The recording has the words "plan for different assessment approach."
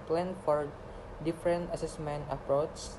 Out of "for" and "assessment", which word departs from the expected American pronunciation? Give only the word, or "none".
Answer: none